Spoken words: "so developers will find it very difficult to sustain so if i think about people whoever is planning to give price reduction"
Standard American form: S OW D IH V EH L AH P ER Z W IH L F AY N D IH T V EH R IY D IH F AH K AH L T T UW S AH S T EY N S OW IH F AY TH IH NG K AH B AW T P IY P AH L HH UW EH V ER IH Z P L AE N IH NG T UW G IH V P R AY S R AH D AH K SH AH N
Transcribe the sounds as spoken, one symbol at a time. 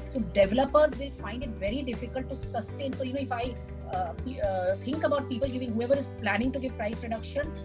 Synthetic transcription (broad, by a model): S OW D IH V EH L AH P ER Z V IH L F AY N D IH T V EH R IY D IH F AH K AH L T T UW S AH S T EY N S OW IH F AY T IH NG K AH B AW T P IY P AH L HH UW EH V ER IH Z P L AE N IH NG T UW G IH V P R AY S R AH D AH K SH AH N